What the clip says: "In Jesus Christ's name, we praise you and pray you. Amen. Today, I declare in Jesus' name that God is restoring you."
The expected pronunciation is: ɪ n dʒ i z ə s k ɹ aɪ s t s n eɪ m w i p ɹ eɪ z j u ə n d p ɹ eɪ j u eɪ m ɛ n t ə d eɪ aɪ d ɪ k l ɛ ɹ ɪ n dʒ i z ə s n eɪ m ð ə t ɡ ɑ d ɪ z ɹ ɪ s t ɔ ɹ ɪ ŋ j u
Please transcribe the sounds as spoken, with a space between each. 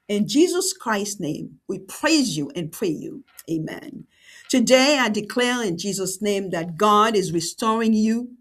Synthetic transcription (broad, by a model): ɪ n dʒ i z ə s k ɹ aɪ s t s n eɪ m w i p ɹ eɪ z j u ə n p ɹ eɪ j u eɪ m ɛ n t ə d eɪ aɪ d ɪ k l ɛ ɹ ɪ n dʒ i z ə s n eɪ m ð ə t ɡ ɑ d ɪ z ɹ ɪ s t ɔ ɹ ɪ ŋ j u